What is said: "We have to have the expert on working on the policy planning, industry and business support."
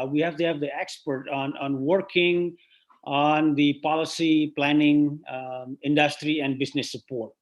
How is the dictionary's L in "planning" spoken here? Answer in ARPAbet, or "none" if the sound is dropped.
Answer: L